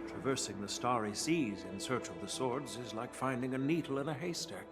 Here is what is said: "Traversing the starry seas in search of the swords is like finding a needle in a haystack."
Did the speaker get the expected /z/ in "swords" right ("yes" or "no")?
yes